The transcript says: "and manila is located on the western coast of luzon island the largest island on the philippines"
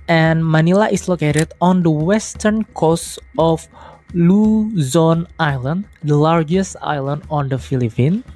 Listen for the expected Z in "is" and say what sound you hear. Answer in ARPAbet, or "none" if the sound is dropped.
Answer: S